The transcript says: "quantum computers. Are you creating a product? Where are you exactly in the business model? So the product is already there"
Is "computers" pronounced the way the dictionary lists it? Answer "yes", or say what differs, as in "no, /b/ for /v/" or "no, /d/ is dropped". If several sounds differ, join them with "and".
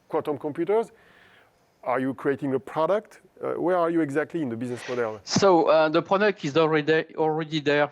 yes